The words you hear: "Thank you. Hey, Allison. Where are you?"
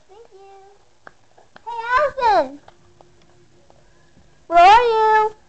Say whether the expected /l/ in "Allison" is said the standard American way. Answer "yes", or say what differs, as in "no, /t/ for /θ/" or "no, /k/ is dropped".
no, /l/ is dropped